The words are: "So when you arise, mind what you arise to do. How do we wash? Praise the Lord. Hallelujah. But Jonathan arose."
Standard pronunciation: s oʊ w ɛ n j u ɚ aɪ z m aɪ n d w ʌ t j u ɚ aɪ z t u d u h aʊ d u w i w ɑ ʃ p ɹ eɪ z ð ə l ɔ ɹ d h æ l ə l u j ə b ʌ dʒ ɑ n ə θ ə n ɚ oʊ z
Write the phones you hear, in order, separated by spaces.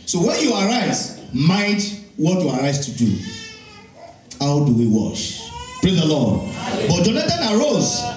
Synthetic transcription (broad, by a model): s oʊ w ɛ n j u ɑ aɪ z m aɪ d w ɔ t j u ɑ aɪ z t u d u h aʊ d u w i w ɑ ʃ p ɹ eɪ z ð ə l ɔ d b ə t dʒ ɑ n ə t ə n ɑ oʊ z